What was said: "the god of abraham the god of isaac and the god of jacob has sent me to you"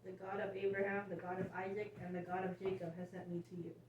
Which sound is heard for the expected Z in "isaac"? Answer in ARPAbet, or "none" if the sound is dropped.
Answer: Z